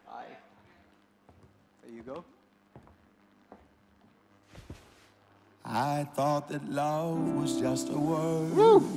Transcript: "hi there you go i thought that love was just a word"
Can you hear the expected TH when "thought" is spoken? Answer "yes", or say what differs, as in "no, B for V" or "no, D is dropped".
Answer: yes